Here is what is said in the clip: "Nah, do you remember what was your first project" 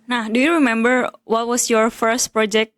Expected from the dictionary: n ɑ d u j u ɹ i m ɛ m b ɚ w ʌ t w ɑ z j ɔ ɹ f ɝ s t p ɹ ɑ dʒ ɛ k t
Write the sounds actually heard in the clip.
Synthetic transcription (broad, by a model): n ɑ d u j u ɹ i m ɛ m b ɚ w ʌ t w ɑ s j ɔ ɹ f ɝ s t p ɹ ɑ dʒ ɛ k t